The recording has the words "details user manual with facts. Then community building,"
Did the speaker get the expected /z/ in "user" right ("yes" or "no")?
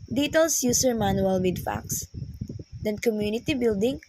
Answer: no